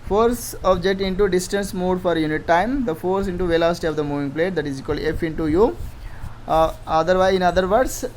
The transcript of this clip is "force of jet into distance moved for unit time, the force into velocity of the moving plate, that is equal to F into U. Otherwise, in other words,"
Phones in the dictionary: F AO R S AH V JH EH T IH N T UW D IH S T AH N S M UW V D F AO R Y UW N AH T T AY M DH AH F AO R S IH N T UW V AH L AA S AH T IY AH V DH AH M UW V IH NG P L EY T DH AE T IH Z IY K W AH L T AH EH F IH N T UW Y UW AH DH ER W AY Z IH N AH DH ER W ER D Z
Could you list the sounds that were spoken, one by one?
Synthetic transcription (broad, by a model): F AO R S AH B JH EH T IH N T UW D IH S T AH N S M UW D F AO R Y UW N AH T T AY M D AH F AO R S IH N T UW V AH L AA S T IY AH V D AH M UW V IH NG P L EY T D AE T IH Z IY K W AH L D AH EH F IH N T UW Y UW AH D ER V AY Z IH N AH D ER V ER D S